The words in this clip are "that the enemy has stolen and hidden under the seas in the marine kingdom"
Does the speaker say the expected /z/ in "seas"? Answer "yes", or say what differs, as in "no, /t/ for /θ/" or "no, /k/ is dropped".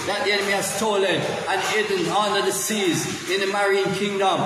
yes